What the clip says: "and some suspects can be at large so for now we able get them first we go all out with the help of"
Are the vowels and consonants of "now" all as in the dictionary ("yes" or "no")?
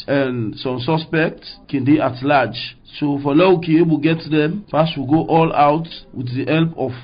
no